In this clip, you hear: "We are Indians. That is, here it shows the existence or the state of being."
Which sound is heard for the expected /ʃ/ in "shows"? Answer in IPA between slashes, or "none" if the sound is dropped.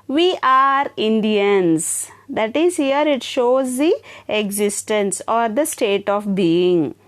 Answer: /ʃ/